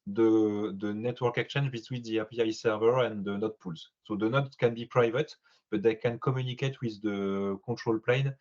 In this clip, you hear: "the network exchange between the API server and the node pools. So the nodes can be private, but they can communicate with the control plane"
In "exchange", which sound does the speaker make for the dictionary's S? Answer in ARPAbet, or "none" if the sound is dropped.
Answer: none